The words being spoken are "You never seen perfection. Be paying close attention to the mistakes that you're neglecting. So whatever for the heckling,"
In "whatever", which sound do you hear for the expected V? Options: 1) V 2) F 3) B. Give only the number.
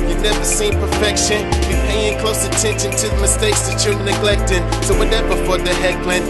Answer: 3